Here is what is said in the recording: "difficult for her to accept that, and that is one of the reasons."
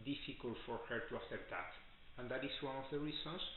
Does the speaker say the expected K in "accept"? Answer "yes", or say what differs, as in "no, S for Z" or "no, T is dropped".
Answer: no, K is dropped